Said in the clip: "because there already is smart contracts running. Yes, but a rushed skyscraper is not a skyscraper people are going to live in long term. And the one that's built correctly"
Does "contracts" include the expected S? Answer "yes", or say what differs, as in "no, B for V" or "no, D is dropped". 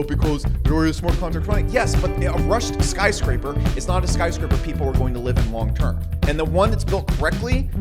no, S is dropped